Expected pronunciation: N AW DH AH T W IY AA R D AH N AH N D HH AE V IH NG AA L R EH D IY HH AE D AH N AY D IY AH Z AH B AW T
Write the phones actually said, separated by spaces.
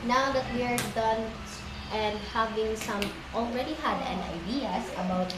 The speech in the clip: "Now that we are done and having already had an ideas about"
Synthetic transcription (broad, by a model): N AW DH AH T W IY R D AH N AH N D HH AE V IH NG AA L R EH D IY HH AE D AH N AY D IY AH S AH B AW T